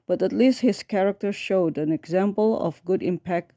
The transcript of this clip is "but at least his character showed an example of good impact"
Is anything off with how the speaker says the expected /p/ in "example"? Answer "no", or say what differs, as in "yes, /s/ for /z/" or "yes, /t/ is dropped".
no